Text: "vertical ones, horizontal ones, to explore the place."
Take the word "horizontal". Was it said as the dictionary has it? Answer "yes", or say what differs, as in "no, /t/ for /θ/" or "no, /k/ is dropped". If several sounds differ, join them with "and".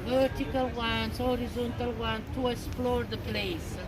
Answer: yes